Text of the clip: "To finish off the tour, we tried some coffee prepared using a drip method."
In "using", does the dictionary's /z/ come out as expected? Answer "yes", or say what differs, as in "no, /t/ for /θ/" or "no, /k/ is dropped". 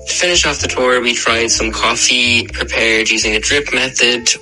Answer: yes